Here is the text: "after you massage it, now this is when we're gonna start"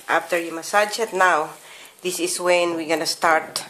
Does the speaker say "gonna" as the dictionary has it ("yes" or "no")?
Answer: yes